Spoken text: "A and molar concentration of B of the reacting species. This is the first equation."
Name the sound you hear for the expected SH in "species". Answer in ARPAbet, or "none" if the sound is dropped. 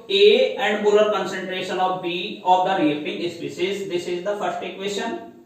S